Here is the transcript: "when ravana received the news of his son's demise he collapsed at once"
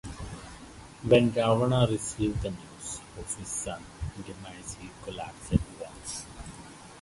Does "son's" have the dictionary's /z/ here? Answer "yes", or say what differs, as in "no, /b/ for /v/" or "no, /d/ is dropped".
no, /z/ is dropped